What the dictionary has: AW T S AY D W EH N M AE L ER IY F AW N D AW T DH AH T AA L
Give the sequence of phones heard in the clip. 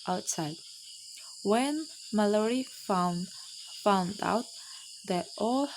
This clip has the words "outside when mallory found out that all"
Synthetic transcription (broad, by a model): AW T S AY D W EH N M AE L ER IY F AW N D AW T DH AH T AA L